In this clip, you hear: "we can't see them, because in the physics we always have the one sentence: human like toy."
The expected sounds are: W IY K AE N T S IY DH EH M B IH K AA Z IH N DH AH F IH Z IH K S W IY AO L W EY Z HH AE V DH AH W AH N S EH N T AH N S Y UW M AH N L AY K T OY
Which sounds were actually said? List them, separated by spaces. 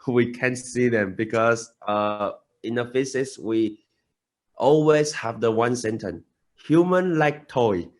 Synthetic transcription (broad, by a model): W IY K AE N S IY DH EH M B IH K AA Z IH N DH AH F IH S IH S W IY AO L W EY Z HH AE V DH AH W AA N S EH N T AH N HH Y UW M AH N L AY K T OY